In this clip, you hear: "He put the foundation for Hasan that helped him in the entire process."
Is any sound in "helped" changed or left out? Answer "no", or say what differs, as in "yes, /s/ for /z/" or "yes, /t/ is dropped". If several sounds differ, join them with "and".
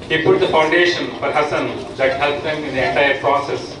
yes, /t/ is dropped